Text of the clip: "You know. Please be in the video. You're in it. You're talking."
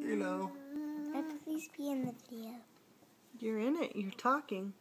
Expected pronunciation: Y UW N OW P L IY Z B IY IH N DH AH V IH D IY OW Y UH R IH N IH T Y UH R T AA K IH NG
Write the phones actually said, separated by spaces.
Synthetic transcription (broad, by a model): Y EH L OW P L IY Z B IY IH N DH AH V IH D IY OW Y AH R IH N IH T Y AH R T AA K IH NG